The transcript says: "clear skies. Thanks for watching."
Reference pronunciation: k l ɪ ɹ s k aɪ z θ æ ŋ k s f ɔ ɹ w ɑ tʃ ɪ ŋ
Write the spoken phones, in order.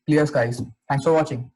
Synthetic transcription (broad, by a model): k l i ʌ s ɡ aɪ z t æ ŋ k s f ɔ ɹ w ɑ tʃ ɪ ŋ